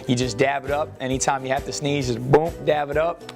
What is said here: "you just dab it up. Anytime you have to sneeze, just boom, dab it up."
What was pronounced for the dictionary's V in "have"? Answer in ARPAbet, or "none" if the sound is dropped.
F